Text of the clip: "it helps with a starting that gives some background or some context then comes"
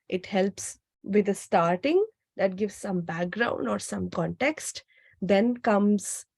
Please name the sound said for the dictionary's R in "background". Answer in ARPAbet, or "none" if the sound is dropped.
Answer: R